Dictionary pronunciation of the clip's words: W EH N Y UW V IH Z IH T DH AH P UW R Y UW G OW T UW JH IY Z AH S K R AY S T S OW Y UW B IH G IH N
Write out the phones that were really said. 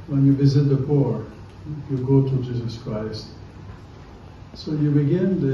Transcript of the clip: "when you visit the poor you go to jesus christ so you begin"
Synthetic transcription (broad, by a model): W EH N Y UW V IH Z IH T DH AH P UW R Y UW G OW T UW JH IY Z AH S K R AY S T S OW Y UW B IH G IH N